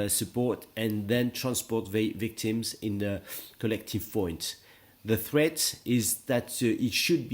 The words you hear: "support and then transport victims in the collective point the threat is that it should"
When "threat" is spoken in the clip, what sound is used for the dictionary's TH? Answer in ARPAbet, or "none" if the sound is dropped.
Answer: TH